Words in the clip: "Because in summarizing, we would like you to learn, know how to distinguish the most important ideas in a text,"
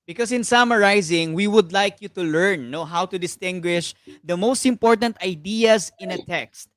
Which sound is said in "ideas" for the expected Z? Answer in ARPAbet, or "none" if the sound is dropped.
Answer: S